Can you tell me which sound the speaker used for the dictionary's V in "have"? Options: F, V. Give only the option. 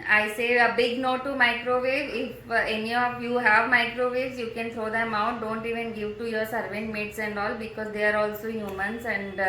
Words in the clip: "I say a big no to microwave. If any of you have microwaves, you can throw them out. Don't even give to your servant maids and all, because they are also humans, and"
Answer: V